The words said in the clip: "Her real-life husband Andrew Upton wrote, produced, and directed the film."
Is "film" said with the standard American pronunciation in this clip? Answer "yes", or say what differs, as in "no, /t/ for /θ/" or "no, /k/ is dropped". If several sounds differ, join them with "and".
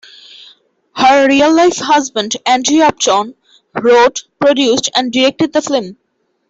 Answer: no, /l/ is dropped